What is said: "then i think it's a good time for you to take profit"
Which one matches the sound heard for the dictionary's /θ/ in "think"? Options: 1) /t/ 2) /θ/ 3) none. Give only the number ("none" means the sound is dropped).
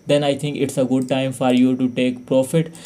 1